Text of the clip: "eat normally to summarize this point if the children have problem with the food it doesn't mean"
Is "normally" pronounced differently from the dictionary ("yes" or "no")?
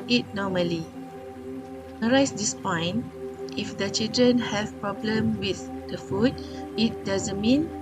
yes